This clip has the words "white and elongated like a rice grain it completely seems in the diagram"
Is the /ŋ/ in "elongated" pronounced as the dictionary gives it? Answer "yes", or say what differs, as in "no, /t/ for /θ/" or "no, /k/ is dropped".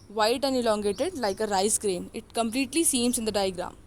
yes